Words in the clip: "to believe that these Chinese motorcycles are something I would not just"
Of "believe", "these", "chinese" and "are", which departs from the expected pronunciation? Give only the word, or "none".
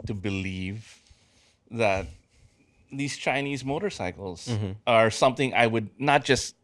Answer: none